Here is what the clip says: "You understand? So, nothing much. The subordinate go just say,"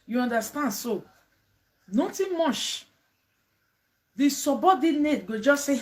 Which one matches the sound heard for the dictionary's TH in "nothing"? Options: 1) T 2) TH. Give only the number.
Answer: 1